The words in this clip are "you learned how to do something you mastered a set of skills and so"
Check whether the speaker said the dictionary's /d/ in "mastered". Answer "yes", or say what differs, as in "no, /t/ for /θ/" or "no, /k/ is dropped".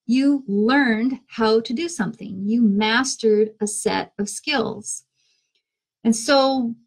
yes